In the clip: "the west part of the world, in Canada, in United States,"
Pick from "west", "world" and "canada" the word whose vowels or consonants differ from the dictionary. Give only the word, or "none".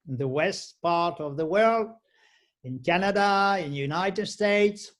none